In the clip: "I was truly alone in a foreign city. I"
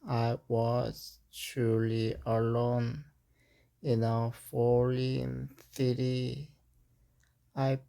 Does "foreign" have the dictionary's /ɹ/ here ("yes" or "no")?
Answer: no